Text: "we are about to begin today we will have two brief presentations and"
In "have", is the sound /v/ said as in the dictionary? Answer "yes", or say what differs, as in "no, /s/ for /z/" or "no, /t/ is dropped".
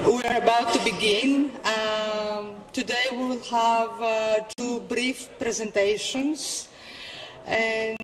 yes